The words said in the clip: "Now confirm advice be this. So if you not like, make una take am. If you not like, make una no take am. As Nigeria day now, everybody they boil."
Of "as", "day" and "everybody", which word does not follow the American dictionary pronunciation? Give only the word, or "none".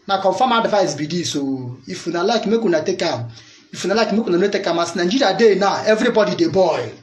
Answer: as